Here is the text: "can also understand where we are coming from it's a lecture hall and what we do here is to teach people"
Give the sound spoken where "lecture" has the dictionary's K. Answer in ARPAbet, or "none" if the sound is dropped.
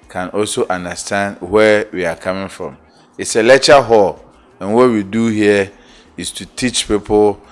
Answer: none